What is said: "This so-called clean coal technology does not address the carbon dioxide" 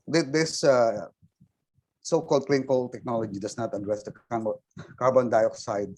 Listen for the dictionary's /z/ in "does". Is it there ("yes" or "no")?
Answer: no